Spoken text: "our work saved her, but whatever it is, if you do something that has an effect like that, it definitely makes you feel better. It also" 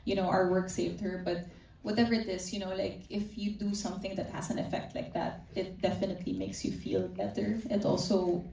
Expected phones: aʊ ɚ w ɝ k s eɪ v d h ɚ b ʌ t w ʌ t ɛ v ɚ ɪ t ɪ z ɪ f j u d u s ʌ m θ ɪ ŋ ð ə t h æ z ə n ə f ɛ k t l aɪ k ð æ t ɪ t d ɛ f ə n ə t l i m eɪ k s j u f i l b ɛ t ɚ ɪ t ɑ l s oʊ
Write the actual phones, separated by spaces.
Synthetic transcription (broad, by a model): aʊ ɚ w ɝ k s eɪ v d h ɚ b ʌ t w ʌ t ɛ v ɚ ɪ t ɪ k ɪ f j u d u s ʌ m θ ɪ ŋ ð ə t h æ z ə n ə f ɛ k t l aɪ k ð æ t ɪ t d ɛ f ə n ə t l i m eɪ k s j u f i l b ɛ t ɚ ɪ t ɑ l s oʊ